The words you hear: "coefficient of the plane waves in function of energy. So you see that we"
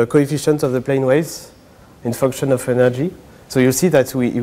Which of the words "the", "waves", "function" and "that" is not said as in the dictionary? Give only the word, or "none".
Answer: waves